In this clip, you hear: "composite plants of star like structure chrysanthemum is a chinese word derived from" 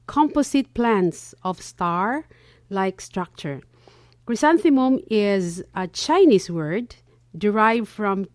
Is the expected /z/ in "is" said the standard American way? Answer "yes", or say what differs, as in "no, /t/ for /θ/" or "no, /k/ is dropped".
yes